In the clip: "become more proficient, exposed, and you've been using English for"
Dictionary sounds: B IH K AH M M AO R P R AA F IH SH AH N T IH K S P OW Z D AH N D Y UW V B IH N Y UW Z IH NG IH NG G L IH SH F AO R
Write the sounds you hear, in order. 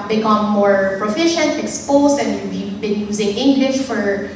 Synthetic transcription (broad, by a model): B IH K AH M M AO R P R AA F IH SH AH N T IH K S P OW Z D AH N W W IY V B IH N Y UW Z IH NG IH NG G L IH SH F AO R